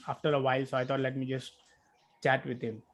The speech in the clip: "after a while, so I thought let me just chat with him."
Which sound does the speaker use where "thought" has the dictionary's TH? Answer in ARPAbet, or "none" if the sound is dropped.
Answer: T